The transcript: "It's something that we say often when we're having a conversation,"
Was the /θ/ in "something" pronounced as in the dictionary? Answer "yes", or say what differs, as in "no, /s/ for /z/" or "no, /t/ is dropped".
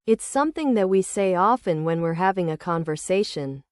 yes